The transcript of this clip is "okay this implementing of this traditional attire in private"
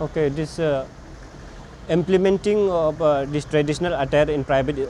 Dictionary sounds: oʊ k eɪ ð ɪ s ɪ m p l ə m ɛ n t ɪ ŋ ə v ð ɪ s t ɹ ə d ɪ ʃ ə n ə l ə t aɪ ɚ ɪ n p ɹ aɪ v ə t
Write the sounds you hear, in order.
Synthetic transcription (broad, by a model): oʊ k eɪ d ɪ s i m p l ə m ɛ n t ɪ ŋ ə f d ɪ s t ɹ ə d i s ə n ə l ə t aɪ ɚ ɪ n p ɹ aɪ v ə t